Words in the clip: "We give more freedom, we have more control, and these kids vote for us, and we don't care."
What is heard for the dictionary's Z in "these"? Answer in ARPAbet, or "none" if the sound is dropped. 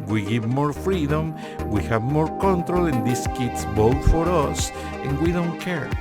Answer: S